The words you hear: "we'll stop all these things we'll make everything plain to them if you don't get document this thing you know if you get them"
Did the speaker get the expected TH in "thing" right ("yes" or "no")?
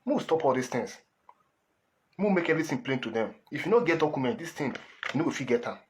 no